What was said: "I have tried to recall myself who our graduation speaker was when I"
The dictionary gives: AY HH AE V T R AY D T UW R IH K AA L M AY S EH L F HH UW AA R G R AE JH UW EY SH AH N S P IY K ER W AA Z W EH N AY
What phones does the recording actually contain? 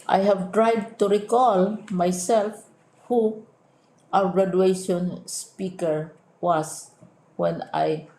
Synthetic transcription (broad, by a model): AY HH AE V T R AY D T UW R IH K AA L M AY S EH L F HH UW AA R G R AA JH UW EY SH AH N S P IY K ER W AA S W EH N AY